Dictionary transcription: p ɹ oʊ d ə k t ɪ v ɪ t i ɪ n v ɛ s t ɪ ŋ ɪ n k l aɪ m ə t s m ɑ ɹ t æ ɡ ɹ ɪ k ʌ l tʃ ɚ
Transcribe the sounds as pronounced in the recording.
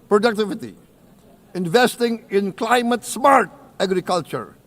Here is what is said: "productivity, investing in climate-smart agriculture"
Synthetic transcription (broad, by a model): p ɹ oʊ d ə k t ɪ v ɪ t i ɪ n v ɛ s t ɪ ŋ ɪ n k l aɪ m ə t s m ɑ ɹ t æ ɡ ɹ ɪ k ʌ l tʃ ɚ